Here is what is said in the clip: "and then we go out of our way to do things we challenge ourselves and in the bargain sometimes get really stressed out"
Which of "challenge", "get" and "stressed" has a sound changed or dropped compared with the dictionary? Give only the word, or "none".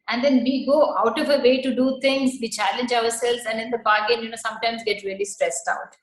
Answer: none